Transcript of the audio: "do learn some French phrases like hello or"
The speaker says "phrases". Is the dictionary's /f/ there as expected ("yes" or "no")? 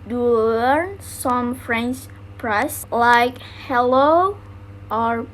no